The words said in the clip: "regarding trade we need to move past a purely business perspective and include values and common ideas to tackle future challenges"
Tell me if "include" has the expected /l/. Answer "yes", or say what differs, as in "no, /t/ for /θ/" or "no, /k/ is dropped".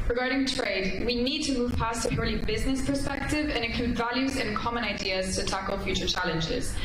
no, /l/ is dropped